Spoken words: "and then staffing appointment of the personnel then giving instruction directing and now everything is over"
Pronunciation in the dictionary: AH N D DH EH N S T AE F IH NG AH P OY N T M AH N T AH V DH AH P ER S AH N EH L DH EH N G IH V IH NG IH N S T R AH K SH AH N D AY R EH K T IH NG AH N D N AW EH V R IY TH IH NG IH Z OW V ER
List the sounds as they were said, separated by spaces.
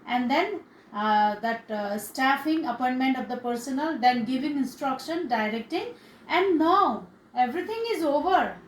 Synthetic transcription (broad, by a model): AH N D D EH N S T AE F IH NG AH P OY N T M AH N T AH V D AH P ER S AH N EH L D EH N G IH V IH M IH N S T R AH K SH AH N D AY R EH K T IH NG AH N D N AW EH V R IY T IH NG IH Z OW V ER